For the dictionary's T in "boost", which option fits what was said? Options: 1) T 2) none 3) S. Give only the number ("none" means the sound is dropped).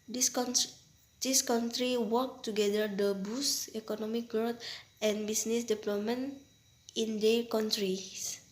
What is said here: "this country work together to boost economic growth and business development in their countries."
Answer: 2